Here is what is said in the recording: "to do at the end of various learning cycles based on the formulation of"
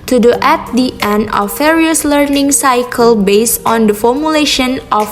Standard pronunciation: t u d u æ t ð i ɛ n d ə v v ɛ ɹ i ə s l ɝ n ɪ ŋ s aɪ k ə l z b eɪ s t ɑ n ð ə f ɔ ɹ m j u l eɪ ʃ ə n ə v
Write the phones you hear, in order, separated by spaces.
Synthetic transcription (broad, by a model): t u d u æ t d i ɛ n d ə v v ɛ ɹ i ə s l ɝ n ɪ ŋ s aɪ k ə l b eɪ s t ɑ n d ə f ɔ ɹ m j u l eɪ ʃ ə n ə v